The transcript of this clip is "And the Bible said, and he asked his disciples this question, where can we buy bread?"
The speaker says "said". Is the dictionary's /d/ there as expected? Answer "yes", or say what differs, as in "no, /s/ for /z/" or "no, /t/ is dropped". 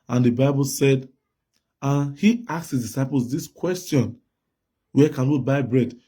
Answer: yes